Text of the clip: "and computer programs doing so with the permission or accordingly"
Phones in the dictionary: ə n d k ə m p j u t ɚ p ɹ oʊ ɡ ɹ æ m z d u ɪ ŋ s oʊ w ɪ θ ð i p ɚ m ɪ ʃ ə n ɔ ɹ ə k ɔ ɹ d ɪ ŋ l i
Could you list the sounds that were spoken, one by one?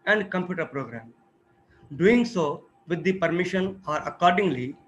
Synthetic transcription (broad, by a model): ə n d k ə m p j u t ɚ p ɹ oʊ ɡ ɹ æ m d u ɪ ŋ s oʊ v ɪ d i p ɚ m ɪ ʃ ə n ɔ ɹ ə k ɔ ɹ d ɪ ŋ l i